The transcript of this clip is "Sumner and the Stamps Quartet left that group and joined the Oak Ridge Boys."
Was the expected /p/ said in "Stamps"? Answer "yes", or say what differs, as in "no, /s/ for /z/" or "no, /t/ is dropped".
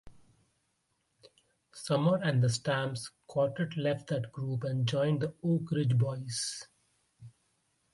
no, /p/ is dropped